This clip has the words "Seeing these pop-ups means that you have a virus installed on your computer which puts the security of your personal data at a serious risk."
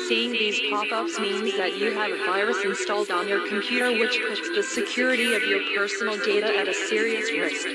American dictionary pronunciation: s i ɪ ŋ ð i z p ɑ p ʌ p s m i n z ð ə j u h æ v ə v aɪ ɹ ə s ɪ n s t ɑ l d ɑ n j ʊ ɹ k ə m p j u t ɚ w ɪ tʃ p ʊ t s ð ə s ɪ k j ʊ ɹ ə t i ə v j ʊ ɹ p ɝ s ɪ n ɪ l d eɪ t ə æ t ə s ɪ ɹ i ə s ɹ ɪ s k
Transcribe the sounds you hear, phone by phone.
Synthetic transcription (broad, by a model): s i ɪ ŋ ð i z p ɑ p ʌ p s m i n z ð ə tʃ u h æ v ə v aɪ ɹ ə s ɪ n s t ɑ l d n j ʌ ɹ k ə m p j u t ɚ w ɪ tʃ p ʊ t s ð ə s ɪ k j ʊ ɹ ə t i ə v j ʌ ɹ p ɝ s n l d eɪ t ə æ t ə s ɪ ɹ i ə s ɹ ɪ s